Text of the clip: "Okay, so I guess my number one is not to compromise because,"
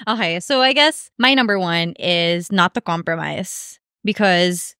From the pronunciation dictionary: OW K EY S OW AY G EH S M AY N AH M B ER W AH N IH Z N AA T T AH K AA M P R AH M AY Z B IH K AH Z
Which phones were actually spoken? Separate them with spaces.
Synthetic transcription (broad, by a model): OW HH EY S OW AY G EH S M AY N AH M B ER W AH N IH Z N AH T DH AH K AA M P R AH M AY Z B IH K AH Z